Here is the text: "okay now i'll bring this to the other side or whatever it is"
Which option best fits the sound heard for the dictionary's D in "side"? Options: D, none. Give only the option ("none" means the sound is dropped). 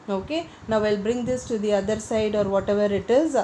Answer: D